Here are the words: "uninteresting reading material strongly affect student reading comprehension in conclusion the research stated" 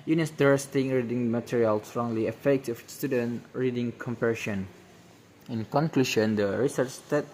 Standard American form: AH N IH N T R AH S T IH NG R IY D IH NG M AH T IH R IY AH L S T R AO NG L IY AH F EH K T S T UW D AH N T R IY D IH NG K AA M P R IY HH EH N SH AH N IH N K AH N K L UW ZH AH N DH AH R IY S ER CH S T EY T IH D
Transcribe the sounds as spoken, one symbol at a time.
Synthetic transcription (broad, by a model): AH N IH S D R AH S T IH NG R IY D IH NG M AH T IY R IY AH L S T R AO NG L IY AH F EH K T S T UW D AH N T R IY D IH NG K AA M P IY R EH SH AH N IH N K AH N K L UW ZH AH N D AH R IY S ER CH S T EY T